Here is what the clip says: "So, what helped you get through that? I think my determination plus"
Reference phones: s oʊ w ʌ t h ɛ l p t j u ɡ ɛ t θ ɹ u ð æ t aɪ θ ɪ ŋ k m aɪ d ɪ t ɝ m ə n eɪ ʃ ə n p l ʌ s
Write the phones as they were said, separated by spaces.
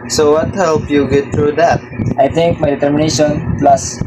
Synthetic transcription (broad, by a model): s oʊ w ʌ t h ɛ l p j u ɡ ɛ t t ɹ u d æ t aɪ t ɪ ŋ k m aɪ d ɪ t ɝ m ə n eɪ ʃ ə n p l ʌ s